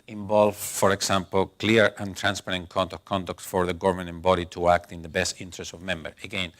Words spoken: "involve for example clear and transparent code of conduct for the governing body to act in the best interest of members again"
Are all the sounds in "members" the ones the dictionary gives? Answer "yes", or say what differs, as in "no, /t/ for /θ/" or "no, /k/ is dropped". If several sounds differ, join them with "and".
no, /z/ is dropped